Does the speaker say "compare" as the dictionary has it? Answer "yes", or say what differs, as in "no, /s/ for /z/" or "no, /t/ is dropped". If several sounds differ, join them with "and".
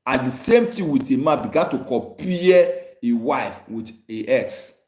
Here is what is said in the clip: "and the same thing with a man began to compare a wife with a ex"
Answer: no, /m/ is dropped